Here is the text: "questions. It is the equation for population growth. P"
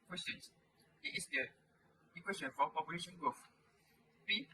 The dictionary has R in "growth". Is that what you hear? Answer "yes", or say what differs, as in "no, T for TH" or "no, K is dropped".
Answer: no, R is dropped